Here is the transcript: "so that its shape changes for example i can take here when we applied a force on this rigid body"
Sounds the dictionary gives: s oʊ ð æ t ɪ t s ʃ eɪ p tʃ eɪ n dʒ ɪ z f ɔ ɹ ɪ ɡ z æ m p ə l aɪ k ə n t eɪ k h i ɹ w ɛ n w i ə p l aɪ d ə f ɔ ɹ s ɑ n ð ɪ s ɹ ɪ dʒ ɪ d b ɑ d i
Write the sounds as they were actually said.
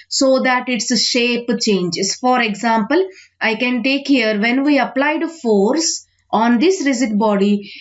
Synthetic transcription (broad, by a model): s oʊ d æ t ɪ t s ʃ eɪ p tʃ eɪ n dʒ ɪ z f ɔ ɹ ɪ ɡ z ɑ m p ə l aɪ k ə n t eɪ k h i ɹ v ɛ n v i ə p l aɪ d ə f ɔ ɹ s ɑ n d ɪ s ɹ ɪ z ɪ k b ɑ d i